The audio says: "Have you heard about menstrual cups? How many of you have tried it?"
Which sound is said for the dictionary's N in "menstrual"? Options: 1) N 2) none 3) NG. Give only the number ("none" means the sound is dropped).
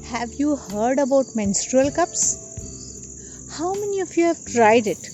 1